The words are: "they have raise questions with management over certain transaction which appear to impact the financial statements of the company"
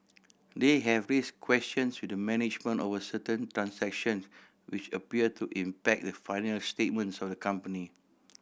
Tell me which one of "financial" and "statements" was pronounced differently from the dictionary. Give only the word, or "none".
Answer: financial